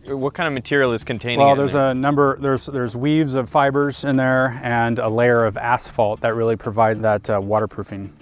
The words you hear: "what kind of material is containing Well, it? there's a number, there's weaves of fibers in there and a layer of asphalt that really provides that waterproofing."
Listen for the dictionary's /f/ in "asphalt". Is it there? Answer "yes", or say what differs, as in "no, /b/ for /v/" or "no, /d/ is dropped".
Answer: yes